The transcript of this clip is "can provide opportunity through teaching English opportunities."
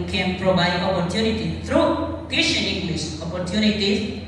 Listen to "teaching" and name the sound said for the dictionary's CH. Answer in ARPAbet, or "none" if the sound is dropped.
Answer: SH